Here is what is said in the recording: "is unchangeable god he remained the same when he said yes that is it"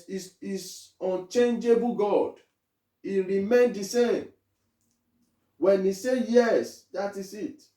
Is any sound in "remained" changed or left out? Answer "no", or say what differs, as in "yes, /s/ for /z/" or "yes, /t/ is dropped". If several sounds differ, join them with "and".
no